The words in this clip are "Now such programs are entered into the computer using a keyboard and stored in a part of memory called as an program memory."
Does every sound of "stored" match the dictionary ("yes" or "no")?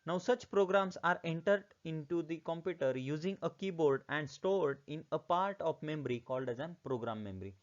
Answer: yes